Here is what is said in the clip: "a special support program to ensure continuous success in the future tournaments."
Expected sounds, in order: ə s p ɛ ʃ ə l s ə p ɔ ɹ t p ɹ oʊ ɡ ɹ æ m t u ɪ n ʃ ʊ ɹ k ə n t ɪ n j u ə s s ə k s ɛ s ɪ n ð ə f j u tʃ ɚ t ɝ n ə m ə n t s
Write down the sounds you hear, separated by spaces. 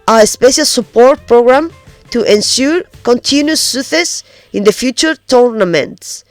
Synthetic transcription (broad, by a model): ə s p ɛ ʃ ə l s ə p ɔ ɹ t p ɹ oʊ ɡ ɹ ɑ m t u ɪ n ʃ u ɹ k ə n t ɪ n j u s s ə s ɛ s ɪ n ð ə f j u tʃ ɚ t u n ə m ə n t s